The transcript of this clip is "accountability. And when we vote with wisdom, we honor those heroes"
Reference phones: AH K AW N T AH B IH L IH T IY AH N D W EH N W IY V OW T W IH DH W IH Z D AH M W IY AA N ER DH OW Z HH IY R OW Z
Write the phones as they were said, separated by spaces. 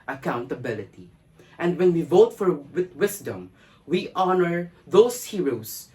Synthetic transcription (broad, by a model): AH K AW N T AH B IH L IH T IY AH N D W EH N W IY V OW T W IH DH W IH S D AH M W IY AA N ER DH OW S HH IY R OW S